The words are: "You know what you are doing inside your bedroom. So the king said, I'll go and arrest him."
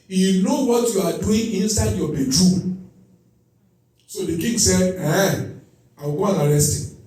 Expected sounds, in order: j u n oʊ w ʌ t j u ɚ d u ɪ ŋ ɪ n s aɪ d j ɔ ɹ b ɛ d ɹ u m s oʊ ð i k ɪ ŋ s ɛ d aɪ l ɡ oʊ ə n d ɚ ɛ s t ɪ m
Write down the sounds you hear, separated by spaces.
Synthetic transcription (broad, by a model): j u n oʊ w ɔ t j u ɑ d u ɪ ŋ ɪ n s aɪ d j ɔ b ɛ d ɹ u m s oʊ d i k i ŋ s ɛ d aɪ w ɡ oʊ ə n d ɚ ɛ s t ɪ